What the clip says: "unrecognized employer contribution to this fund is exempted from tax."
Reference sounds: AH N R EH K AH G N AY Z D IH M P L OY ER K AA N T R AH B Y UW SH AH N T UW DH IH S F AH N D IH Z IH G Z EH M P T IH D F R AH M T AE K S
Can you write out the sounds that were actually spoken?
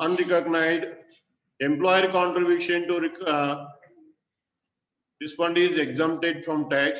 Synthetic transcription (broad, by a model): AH N R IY K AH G N AY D IH M P L OY ER K AA N T R AH B Y UW SH AH N T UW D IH S P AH N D IH Z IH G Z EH M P T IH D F R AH M T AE K S